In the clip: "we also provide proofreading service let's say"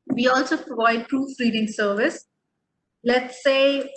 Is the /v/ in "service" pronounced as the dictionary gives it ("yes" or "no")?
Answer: yes